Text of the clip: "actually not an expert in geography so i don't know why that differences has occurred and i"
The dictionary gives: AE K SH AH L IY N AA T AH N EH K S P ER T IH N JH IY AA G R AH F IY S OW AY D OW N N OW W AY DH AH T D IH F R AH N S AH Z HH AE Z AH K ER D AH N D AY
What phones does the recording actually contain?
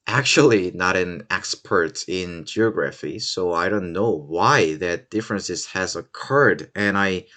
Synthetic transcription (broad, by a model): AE K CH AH L IY N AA T AH N EH K S P ER T IH N JH IY AA G R AH F IY S OW AY D OW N N OW W AY DH AH T D IH F R AH N S AH Z HH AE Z AH K ER D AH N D AY